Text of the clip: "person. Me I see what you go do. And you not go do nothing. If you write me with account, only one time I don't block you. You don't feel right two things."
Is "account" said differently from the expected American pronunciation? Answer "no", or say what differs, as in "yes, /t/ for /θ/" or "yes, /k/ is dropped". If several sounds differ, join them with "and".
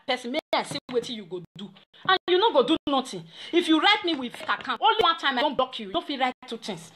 yes, /n/ is dropped